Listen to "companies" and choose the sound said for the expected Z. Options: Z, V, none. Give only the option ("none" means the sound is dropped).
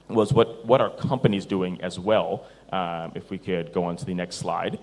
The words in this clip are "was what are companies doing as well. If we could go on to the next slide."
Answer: Z